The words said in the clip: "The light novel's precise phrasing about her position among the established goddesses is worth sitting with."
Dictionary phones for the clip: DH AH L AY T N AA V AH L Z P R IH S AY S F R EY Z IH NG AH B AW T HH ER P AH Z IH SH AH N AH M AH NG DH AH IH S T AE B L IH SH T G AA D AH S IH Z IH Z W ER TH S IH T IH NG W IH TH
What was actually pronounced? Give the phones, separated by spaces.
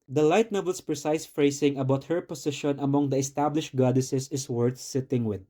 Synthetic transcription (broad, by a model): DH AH L AY T N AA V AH L S P R IH S AY S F R EY S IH NG AH B AW T HH ER P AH S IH SH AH N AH M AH NG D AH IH S T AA B L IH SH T G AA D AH S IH S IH S W ER TH S IH T IH NG W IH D